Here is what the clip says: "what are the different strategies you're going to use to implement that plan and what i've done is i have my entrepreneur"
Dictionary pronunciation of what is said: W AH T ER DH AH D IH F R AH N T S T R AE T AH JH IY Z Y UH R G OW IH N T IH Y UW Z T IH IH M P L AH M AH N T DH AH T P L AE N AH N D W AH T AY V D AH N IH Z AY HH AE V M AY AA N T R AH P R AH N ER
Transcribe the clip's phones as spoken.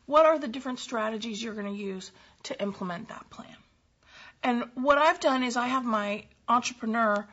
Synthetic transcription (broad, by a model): W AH T ER DH AH D IH F R AH N T S T R AE T AH JH IY Z Y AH R G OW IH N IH Y UW Z T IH IH M P L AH M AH N DH AH T P L AE N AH N W AH T AY V D AH N IH Z AY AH V M AY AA N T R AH P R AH N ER